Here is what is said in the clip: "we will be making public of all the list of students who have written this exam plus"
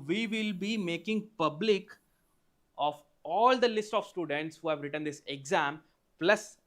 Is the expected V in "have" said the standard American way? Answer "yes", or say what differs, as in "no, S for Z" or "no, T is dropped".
yes